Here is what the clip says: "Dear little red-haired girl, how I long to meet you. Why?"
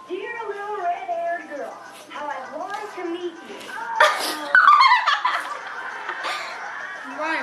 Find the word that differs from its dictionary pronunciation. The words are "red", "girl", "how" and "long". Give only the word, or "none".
long